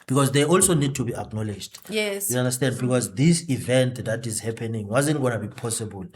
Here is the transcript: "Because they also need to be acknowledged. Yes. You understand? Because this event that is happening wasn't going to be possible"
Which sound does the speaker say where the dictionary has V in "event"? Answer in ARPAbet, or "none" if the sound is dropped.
V